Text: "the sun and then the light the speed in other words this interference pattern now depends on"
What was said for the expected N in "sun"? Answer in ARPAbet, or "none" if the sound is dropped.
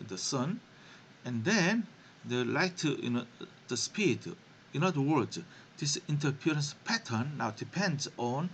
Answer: N